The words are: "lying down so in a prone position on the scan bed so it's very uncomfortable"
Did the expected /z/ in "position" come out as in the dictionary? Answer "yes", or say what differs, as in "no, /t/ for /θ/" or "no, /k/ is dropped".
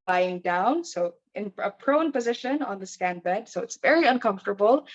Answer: yes